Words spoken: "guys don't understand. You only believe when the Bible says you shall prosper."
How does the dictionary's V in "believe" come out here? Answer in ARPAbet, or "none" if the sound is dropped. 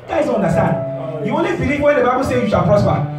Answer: P